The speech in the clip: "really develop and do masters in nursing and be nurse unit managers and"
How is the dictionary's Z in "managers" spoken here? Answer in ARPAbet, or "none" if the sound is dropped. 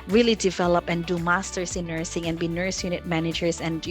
S